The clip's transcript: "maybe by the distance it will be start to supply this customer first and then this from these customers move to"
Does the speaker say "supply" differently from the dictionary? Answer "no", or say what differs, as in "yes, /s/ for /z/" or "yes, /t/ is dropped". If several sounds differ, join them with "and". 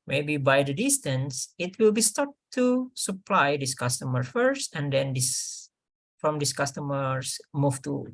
no